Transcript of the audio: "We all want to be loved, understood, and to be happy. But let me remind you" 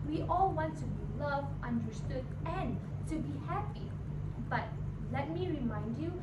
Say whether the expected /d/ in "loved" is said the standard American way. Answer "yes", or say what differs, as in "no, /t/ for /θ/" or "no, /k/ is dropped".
no, /d/ is dropped